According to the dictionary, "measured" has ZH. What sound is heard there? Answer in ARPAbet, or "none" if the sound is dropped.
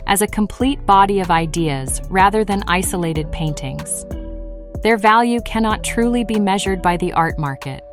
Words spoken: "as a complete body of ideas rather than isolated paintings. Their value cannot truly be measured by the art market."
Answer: ZH